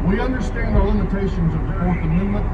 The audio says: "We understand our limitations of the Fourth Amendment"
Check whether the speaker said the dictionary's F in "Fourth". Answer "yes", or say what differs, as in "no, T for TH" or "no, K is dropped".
no, P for F